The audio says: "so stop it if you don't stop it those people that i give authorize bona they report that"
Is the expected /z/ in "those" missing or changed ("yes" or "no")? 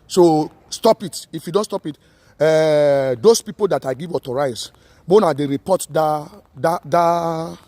yes